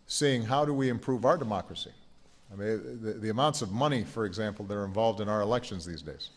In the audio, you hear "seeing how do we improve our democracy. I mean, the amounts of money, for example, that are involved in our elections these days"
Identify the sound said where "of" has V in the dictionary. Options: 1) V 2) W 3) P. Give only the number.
1